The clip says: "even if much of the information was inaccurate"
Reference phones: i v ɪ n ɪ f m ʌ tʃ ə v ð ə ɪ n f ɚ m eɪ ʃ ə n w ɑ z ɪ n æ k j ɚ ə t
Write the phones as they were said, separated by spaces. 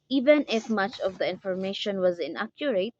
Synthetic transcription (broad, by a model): i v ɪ n ɪ f m ʌ tʃ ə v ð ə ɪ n f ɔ m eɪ ʃ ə n w ɑ z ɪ n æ k j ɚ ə t